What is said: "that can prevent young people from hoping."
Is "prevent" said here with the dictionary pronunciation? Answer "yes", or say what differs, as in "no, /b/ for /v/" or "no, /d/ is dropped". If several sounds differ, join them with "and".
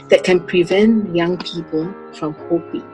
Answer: yes